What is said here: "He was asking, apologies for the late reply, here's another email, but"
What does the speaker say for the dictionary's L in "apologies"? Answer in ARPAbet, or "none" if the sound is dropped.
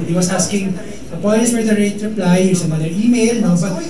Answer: N